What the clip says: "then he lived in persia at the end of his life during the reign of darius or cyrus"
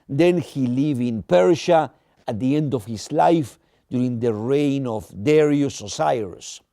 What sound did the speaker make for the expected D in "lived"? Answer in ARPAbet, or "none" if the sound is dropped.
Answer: none